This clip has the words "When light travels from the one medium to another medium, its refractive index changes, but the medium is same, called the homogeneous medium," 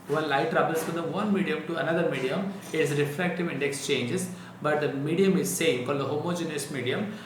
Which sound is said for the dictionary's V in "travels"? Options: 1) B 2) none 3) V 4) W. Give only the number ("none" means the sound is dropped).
1